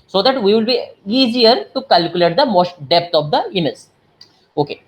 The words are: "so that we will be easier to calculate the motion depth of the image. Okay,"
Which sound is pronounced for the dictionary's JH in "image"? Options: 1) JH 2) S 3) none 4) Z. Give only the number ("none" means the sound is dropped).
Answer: 4